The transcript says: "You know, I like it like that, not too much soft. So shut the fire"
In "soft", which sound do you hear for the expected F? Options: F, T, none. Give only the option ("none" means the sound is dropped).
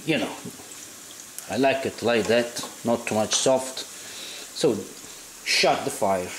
F